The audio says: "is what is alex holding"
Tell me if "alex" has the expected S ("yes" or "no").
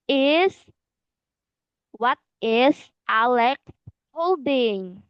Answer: no